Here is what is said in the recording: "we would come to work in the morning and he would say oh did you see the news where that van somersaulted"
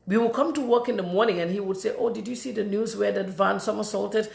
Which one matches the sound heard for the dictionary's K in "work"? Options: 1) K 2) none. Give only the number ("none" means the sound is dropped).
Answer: 1